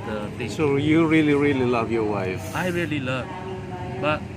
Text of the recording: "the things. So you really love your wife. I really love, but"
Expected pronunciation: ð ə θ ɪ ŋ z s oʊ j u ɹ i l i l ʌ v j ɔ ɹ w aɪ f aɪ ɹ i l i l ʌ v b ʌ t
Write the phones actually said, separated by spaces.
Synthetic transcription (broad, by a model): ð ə t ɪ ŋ s oʊ j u ɹ i l i l ʌ v j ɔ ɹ w aɪ f aɪ ɹ i l i l ʌ v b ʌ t